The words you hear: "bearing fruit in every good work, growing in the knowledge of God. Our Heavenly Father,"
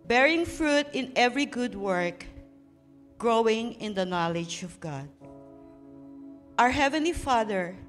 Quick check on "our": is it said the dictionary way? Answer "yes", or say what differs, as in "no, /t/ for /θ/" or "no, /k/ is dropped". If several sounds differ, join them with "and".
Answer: yes